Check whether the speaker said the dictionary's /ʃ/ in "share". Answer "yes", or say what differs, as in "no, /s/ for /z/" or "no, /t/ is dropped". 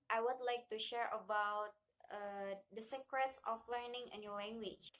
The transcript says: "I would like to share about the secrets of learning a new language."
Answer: yes